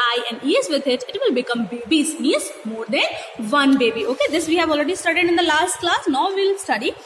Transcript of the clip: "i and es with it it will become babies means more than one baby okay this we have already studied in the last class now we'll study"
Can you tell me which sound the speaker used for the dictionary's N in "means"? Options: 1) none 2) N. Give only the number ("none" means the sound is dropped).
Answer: 1